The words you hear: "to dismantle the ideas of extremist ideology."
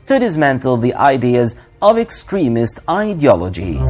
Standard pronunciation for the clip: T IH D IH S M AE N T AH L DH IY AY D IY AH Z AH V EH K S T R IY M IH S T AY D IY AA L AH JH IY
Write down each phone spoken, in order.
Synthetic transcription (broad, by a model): T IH D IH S M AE N T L DH IY AY D IY AH Z AH V EH K S T R IY M IH S T AY D IY AA L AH JH IY